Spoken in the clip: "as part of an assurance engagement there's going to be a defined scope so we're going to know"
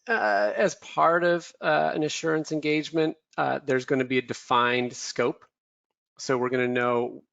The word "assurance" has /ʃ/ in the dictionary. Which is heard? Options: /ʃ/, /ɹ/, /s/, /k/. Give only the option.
/ʃ/